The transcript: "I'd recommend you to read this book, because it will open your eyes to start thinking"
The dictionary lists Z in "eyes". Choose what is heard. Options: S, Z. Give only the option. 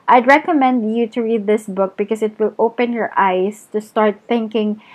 S